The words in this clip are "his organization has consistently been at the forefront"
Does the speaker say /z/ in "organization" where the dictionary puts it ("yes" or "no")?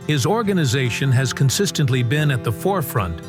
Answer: yes